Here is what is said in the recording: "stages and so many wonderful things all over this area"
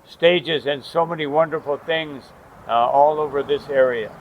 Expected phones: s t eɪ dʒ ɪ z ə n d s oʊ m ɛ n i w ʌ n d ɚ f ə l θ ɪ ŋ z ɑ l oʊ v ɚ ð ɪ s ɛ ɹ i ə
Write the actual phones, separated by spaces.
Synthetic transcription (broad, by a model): s t eɪ dʒ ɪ z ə n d s oʊ m ɛ n i w ʌ n d ɚ f l θ ɪ ŋ z ɑ l oʊ v ɚ ð ɪ s ɛ ɹ i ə